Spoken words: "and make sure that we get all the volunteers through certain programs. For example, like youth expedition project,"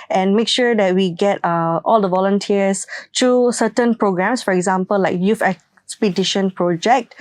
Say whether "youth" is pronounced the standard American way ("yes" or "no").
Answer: no